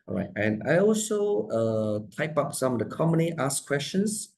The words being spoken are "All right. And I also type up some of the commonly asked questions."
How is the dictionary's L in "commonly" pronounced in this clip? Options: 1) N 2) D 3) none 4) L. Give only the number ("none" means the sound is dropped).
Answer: 3